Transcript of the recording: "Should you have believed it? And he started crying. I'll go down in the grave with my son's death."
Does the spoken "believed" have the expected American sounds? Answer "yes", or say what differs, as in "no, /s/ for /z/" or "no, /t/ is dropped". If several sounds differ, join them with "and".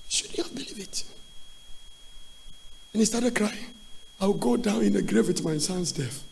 no, /d/ is dropped